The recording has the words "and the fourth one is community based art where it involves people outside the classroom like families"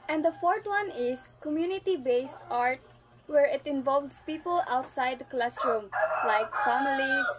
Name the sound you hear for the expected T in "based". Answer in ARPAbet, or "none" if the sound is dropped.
T